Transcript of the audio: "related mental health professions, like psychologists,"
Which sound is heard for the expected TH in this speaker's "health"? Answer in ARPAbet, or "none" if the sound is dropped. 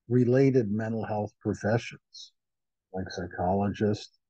TH